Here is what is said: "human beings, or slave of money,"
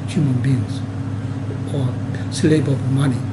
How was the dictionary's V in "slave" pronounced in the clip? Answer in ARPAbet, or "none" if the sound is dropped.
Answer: B